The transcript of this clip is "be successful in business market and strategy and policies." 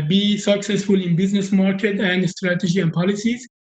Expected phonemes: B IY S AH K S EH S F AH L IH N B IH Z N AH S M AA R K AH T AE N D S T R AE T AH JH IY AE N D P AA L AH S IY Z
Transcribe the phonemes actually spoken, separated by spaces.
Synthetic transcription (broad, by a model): B IY S AH K S EH S F AH L IH N B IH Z N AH S M AA R K AH T AE N D S T R AE T AH JH IY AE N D P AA L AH S IY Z